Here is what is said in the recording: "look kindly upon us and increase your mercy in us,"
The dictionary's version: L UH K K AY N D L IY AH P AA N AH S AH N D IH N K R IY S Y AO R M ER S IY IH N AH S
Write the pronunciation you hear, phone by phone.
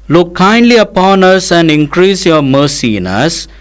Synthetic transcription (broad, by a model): L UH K K AY N D L IY AH P AA N AH S AH N D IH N K R IY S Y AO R M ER S IY IH N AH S